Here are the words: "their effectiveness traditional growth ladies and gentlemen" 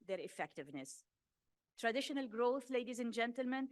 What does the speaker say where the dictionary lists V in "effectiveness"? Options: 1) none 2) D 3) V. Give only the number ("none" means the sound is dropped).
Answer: 3